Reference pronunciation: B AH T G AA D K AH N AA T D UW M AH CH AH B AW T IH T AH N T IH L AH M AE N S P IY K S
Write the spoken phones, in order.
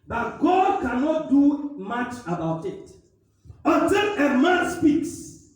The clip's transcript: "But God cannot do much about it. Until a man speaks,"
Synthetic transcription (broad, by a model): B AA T G AA D K AH N AA T D UW M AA CH AH B AW T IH T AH T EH N AH M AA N S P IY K S